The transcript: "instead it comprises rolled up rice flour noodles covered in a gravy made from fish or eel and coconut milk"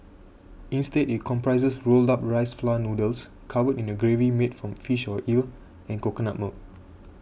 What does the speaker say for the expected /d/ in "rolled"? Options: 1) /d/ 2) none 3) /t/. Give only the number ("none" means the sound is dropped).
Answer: 1